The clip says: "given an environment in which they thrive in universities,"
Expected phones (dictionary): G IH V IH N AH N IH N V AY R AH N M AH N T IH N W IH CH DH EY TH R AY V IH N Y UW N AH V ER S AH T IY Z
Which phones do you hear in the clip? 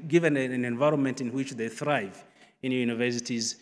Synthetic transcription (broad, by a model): G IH V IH N AH N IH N V AY R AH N M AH N T IH N W IH CH DH EY TH R AY V IH N Y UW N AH V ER S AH T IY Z